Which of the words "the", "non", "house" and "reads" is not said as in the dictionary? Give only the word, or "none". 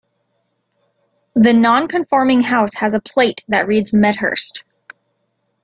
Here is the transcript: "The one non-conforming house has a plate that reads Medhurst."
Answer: none